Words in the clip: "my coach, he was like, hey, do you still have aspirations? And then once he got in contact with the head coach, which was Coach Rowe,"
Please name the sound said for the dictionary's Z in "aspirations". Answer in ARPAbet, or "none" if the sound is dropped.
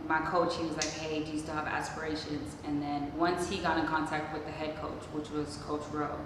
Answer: Z